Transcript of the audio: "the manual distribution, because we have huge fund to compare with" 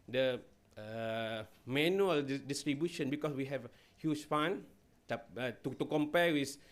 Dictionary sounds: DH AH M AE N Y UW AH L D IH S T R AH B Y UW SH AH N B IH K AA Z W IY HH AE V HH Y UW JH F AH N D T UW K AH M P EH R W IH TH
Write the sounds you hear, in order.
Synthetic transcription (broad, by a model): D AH M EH N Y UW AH L D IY S T R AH B Y UW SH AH N B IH K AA S W IY HH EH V HH Y UW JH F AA N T T UW K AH M P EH W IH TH